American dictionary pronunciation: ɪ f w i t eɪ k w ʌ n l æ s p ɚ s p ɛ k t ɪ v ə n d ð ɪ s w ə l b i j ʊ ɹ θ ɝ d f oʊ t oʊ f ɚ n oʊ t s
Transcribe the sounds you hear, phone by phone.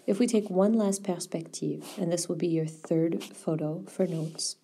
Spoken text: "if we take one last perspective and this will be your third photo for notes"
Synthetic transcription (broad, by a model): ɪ f w i t eɪ k w ʌ n l æ s p ɚ s p ɛ k t ɪ v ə n ð ɪ s w ə l b i j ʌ ɹ θ ɝ d f oʊ t oʊ f ɚ n oʊ t s